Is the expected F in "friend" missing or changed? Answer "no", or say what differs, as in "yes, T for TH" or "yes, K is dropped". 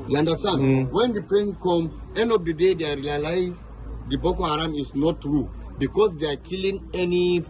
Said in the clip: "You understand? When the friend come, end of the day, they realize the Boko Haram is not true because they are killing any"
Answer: yes, P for F